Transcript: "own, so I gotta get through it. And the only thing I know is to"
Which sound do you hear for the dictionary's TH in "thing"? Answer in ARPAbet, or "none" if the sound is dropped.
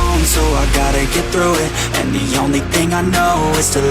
TH